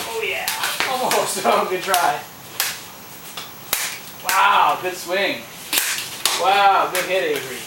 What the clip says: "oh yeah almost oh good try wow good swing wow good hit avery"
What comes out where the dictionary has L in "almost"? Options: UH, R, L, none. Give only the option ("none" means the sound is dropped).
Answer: none